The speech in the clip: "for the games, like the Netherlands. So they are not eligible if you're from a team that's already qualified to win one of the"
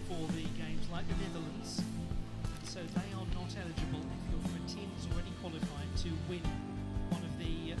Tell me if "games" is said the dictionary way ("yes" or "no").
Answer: yes